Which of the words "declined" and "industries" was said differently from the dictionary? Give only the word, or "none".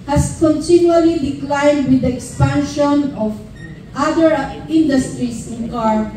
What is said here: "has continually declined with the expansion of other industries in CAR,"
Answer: industries